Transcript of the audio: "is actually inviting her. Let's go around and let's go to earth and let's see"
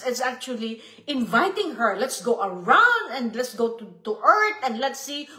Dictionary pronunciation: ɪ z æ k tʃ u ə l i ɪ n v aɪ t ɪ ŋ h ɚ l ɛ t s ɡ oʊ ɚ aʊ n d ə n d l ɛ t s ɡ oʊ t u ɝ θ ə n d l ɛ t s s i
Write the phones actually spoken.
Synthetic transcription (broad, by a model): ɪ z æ k tʃ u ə l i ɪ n v aɪ t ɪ ŋ h ɚ l ɛ t s ɡ oʊ ɚ aʊ n d ə n d l ɛ t s ɡ oʊ t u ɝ t ə n d l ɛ t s s i